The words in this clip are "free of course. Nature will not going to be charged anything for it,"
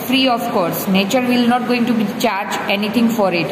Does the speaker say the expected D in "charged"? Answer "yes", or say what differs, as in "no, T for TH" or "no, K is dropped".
no, D is dropped